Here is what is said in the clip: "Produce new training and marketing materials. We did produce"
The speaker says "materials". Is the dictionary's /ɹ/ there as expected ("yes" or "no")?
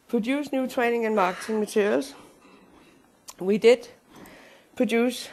no